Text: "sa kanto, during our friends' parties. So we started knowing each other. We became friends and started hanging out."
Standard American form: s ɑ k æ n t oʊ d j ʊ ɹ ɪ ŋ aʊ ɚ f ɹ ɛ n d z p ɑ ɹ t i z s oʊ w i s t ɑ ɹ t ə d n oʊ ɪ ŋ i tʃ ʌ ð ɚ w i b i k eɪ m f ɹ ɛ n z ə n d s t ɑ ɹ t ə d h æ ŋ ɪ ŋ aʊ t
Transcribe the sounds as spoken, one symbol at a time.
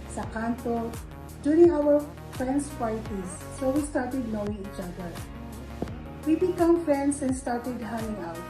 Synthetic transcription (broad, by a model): s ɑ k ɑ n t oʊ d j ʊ ɹ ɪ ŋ aʊ ɚ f ɹ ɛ n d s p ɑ l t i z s oʊ w i s t ɑ ɹ t ə d n oʊ ɪ ŋ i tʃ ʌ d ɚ w i b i k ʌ m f ɹ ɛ n s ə n s t ɑ ɹ t ə d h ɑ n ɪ ŋ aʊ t